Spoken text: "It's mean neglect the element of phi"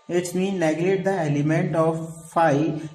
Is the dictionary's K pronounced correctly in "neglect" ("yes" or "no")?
no